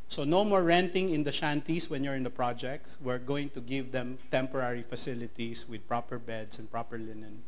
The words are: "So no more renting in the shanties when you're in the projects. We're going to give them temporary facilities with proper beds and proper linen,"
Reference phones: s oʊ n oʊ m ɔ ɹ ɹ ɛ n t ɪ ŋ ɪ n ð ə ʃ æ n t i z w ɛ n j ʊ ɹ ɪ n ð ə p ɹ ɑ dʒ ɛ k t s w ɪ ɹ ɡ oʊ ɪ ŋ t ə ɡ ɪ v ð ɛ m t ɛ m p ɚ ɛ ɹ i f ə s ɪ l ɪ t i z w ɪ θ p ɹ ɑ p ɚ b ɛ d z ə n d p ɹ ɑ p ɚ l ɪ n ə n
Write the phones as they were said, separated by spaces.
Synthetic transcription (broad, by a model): s oʊ n oʊ m ɔ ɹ ɹ ɛ n t ɪ ŋ ɪ n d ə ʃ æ n t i s w ɛ n j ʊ ɹ ɪ n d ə p ɹ ɑ dʒ ɛ k t s w ɪ ɹ ɡ oʊ ɪ ŋ t ə ɡ ɪ v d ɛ m t ɛ m p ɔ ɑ ɹ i f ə s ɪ l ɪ t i s w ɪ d p ɹ ɑ p ɚ b ɛ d s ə n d p ɹ ɑ p ɚ l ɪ n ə n